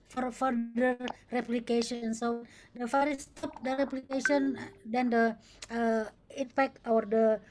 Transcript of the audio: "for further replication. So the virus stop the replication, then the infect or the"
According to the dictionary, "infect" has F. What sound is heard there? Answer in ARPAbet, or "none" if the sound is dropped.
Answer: P